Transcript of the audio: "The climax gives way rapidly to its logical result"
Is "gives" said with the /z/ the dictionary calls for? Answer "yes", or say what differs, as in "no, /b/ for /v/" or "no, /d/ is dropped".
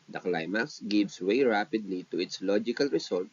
no, /s/ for /z/